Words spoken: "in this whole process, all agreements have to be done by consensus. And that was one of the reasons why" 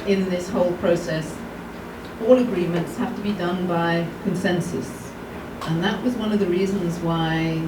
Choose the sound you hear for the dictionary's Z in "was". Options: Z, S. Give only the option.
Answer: Z